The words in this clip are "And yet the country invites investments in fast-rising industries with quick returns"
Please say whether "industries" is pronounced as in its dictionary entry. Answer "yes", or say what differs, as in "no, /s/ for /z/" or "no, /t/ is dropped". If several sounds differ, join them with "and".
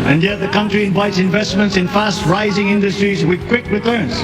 yes